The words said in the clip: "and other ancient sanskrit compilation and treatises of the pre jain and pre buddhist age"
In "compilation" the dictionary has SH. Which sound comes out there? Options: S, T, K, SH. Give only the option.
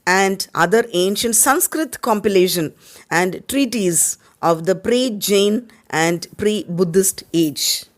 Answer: SH